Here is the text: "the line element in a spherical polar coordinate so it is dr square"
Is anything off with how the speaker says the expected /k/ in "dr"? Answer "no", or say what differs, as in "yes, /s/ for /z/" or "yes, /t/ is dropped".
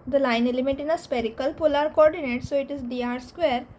yes, /k/ is dropped